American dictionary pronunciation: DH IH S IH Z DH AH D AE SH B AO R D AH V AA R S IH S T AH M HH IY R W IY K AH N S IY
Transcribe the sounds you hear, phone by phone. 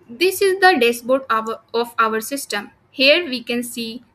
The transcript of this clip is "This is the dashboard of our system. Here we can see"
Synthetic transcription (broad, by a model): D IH S IH Z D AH D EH S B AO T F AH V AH R S IH S T AH M HH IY R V IY K AH N S IY